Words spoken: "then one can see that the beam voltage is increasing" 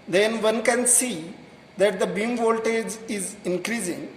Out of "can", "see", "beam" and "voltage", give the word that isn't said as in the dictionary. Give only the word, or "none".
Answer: none